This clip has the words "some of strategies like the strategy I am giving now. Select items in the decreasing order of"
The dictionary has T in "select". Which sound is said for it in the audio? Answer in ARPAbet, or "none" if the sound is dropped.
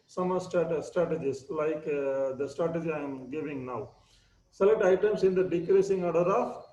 T